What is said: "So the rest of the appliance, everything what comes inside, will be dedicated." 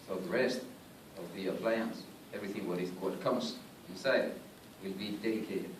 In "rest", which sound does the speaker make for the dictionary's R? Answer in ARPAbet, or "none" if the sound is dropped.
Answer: R